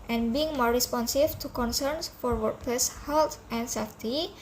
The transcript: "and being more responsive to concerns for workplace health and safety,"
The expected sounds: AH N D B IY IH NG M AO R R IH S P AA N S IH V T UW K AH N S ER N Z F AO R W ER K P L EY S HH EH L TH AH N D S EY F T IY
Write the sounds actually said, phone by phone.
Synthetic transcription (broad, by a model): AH N B IY IH NG M AO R R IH S P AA N S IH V T UW K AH N S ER N S F AO R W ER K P EY S HH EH L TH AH N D S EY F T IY